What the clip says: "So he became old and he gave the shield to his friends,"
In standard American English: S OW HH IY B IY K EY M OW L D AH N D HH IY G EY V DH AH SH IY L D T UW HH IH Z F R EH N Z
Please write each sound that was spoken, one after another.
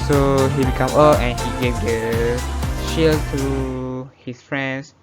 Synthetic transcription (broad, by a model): S OW HH IY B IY K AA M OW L AH N HH IY G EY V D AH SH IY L T UW HH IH S F R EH N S